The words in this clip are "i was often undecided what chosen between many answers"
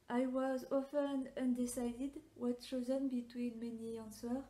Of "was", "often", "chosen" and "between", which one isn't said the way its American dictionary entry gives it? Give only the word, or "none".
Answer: chosen